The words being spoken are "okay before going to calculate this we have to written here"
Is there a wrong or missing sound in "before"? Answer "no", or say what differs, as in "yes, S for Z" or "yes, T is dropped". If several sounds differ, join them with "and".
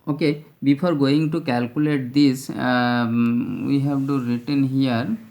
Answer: yes, P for F